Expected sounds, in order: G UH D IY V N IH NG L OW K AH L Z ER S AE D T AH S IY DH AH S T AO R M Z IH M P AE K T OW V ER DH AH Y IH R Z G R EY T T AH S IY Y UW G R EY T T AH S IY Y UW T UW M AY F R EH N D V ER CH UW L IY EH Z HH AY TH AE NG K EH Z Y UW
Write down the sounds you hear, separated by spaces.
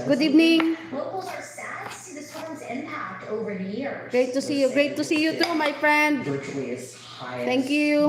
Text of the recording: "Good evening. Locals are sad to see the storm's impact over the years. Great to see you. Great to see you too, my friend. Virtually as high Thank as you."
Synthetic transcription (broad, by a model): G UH D IY V N IH NG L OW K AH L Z ER S AE D S IY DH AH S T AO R Z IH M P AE K T OW V ER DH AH Y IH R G R EY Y T AH S IY Y UW G R EY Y T AH S IY Y UW T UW M AY F R EH N D W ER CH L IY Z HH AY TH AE NG K Y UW